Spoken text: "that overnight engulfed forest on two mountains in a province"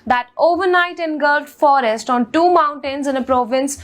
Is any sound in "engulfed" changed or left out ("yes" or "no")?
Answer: yes